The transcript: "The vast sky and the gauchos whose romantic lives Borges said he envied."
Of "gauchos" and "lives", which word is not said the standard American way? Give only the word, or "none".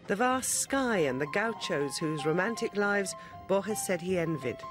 none